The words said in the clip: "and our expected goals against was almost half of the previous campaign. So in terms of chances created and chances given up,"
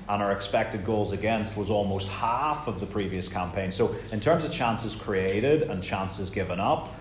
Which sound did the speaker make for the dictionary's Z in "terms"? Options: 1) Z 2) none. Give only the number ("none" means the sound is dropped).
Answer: 1